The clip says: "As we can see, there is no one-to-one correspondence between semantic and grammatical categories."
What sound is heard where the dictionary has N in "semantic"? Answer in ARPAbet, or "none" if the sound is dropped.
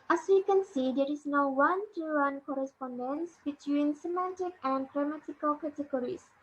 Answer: N